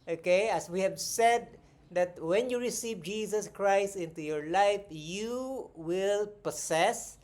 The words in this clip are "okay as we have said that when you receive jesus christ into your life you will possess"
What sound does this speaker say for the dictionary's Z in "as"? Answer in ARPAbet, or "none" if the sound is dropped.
S